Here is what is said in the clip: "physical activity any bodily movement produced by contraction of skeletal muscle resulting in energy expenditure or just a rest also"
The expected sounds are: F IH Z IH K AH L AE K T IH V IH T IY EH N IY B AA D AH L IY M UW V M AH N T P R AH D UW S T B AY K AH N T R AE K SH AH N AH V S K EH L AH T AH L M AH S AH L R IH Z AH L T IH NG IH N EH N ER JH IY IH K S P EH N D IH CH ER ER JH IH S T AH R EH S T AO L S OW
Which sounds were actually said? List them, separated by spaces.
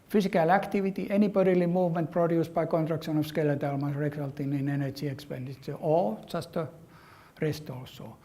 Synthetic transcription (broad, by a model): F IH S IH K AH L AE K T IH V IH T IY EH N IY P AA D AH L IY M UW V M AH N T P R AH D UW S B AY K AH N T R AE K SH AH N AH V S K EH L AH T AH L M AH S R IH S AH L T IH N IH N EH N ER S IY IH K S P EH N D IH S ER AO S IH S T AH R EH S T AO L S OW